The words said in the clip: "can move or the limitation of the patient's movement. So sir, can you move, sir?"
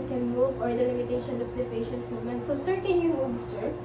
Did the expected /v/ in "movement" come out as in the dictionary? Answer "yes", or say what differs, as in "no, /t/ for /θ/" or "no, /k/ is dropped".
no, /v/ is dropped